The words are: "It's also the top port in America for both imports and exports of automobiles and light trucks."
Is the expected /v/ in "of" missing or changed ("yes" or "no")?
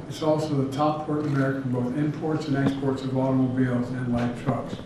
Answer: no